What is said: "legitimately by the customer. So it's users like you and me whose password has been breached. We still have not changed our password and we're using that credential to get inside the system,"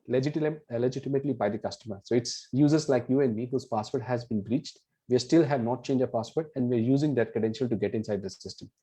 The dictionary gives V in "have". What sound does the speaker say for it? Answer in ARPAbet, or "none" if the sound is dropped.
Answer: V